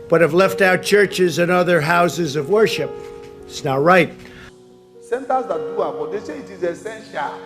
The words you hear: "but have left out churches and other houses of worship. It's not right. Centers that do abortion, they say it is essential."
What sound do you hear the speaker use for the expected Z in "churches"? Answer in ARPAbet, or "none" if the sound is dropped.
Z